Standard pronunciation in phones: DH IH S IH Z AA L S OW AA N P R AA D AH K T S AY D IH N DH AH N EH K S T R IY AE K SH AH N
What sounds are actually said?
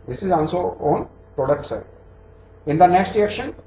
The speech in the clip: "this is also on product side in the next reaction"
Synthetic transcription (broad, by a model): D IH S IH Z AA L S OW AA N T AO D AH T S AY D IH N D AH N EH K S T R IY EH K SH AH N